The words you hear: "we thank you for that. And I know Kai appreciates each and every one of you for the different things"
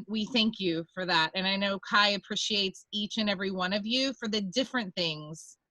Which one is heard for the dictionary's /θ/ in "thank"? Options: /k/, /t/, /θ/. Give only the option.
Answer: /θ/